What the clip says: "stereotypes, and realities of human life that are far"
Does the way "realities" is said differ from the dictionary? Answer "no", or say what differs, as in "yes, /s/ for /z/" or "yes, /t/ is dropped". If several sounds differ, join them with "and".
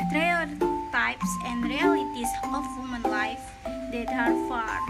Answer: yes, /s/ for /z/